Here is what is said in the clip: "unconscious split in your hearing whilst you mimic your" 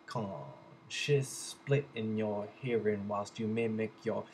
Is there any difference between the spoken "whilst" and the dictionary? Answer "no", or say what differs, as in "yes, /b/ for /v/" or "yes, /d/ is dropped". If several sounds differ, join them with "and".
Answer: no